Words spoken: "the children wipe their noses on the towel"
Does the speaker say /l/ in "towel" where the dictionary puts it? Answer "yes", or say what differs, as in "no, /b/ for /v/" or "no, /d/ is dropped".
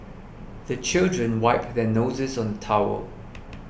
no, /w/ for /l/